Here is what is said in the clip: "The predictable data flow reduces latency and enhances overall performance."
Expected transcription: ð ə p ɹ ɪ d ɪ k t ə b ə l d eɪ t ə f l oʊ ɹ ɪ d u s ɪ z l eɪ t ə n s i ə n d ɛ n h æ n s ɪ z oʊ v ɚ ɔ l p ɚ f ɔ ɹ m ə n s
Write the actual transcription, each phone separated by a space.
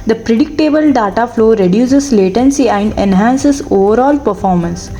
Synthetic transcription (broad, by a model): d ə p ɹ ɪ d ɪ k t ə b ə l d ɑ t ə f l oʊ ɹ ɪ d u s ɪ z l eɪ t ə n s i ə n d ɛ n h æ n s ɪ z oʊ v ɚ ɔ l p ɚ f ɔ ɹ m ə n s